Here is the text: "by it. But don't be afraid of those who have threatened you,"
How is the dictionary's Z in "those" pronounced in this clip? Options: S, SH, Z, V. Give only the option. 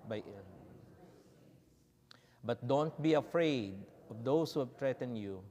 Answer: S